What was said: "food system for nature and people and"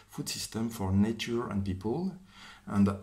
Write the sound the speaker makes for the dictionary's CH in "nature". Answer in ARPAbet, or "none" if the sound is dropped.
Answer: CH